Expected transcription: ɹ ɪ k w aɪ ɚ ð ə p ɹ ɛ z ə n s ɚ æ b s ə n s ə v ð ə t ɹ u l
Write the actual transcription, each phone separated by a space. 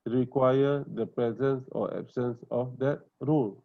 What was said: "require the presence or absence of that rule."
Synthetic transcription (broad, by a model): ɹ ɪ k w aɪ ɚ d ə p ɹ ɛ z ə n s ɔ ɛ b s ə n s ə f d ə t ɹ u l